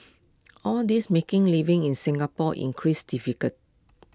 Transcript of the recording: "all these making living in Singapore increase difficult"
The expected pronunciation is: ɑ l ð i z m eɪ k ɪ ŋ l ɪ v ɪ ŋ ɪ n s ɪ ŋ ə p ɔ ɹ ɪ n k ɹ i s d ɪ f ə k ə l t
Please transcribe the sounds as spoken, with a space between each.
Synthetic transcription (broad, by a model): ɑ l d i s m eɪ k ɪ ŋ l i v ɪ ŋ ɪ n s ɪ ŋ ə p ɔ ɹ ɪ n k ɹ i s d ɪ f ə k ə t